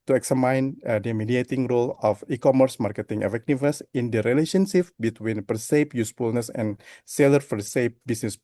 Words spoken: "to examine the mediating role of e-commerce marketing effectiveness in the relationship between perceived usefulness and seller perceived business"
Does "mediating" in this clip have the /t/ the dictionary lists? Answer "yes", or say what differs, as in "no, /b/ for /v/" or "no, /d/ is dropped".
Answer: yes